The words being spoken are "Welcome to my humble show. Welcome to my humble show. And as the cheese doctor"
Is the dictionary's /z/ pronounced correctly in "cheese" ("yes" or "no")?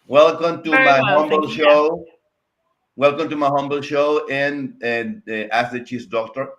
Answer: no